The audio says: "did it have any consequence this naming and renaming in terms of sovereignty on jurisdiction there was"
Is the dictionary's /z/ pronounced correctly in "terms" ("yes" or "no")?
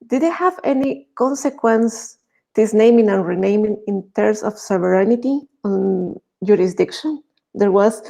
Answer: no